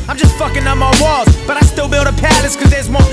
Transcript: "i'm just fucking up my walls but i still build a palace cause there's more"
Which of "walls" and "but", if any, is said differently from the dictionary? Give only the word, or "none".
walls